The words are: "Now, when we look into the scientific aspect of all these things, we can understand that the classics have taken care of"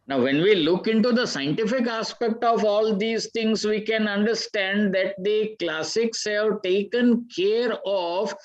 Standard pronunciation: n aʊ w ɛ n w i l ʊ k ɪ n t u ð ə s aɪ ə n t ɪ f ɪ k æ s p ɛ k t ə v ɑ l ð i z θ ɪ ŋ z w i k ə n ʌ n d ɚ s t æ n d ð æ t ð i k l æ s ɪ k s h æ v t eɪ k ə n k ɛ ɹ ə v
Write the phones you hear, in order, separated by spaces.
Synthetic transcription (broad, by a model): n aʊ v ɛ n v i l ʊ k ɪ n t u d ə s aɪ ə n t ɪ f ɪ k æ s p ɛ k t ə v ɑ l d i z t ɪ ŋ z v i k ə n ʌ n d ɚ s t æ n d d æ t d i k l æ s ɪ k s h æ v t eɪ k ə n k ɛ ɹ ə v